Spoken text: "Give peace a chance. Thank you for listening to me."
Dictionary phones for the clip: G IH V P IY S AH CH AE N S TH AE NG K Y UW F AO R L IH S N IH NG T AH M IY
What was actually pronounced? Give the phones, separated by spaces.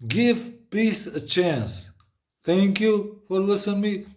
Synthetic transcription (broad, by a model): G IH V P IY S AH CH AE N S T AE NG K Y UW F AO R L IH S IH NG M IY